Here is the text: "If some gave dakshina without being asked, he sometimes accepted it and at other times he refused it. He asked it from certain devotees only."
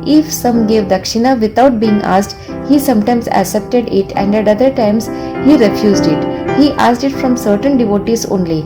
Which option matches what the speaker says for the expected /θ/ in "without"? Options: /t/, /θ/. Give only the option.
/t/